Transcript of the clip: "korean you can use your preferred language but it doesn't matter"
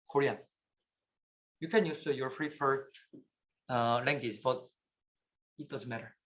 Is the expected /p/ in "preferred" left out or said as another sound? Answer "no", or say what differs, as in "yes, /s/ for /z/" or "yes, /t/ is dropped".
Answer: yes, /f/ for /p/